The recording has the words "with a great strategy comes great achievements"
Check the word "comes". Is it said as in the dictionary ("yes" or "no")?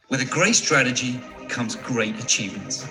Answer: yes